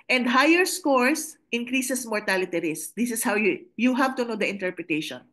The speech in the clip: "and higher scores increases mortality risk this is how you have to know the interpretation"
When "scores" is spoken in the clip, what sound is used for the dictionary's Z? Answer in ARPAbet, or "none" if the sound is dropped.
S